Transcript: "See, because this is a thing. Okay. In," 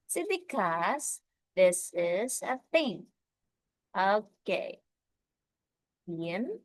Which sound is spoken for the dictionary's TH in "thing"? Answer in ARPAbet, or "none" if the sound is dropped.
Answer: F